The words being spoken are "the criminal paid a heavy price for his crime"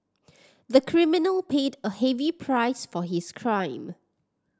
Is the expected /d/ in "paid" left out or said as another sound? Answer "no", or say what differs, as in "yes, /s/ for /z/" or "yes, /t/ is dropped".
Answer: no